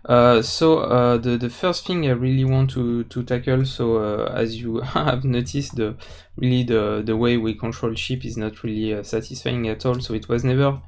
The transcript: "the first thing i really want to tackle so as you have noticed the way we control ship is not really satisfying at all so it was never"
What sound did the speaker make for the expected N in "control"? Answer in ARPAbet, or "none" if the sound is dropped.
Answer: N